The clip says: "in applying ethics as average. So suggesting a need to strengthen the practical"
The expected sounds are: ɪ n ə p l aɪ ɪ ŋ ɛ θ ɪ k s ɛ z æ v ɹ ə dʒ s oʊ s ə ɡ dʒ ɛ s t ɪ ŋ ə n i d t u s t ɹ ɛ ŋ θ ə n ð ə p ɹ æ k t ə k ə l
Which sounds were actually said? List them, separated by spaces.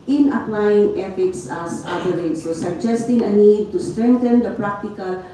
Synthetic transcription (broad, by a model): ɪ n ə p l aɪ ɪ ŋ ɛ f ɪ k s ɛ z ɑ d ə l s oʊ s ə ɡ dʒ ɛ s t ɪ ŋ ə n i d t u s t ɹ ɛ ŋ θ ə n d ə p ɹ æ k t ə k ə l